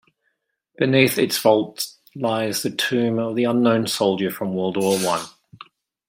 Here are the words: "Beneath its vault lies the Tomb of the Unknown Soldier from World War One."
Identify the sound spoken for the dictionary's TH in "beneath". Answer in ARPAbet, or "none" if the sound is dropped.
TH